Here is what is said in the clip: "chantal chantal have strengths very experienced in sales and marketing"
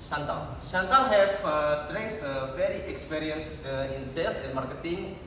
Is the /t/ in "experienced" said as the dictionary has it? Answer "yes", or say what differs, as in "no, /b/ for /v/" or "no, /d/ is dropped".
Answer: no, /t/ is dropped